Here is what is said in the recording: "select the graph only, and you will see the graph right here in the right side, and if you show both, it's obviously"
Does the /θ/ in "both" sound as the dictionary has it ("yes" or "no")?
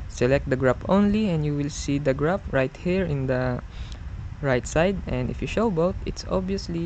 no